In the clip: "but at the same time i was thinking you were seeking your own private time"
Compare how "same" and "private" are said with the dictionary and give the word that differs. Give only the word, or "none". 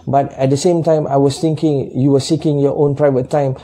none